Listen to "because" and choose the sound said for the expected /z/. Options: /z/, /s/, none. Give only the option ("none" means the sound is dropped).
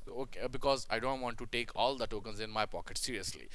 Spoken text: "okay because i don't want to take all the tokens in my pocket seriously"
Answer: /z/